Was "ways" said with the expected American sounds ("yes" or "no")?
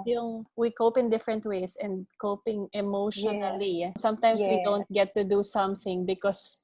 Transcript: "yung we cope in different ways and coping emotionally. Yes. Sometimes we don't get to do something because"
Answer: no